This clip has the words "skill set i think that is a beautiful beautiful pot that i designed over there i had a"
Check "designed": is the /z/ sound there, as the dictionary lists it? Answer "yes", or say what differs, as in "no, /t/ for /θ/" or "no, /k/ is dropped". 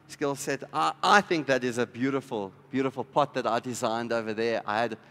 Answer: yes